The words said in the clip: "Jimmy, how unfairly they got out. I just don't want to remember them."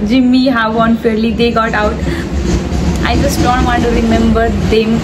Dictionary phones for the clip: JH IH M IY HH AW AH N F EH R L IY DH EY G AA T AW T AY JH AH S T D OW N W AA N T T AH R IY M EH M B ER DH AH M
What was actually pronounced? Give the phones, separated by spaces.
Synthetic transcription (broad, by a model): JH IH M IY HH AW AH N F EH R L IY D EY G AA T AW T AY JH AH S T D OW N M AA T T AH R IY M EH M B ER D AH M